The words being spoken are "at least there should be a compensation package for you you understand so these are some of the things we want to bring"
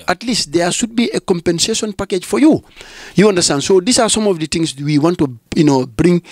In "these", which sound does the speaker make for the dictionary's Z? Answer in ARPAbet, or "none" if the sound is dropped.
S